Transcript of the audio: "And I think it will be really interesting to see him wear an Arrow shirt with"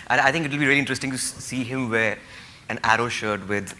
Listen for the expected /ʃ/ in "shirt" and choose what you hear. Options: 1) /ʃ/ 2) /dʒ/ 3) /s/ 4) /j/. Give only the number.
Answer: 1